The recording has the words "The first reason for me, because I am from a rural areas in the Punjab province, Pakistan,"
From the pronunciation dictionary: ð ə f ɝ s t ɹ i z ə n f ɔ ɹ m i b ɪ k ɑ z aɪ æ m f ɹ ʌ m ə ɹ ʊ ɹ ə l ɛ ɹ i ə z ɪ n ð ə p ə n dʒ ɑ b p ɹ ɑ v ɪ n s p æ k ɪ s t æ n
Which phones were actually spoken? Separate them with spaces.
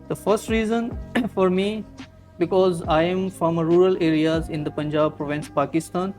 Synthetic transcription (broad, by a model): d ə f ɝ s t ɹ i z ə n f ɔ ɹ m i b ɪ k ɑ z aɪ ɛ m f ɹ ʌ m ə ɹ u ɹ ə l ɛ ɹ i ə z ɪ n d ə p ə n dʒ ɑ b p ɹ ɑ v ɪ n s p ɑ k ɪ s t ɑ n